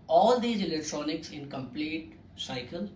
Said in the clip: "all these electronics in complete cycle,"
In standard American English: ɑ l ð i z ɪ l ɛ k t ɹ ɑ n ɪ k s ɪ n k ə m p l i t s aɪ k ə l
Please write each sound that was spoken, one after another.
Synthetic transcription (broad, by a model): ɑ l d i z ɪ l ɛ k t ɹ ɑ n ɪ k s ɪ n k ə m p l i t s aɪ k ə l